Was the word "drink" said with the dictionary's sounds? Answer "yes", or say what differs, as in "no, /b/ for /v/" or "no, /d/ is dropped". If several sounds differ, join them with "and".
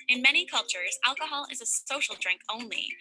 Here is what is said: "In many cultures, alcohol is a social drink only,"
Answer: yes